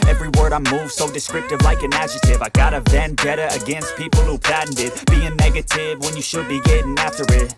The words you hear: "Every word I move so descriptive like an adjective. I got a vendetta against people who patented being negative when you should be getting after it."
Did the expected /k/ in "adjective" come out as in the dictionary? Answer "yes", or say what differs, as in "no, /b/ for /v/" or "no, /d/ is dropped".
no, /k/ is dropped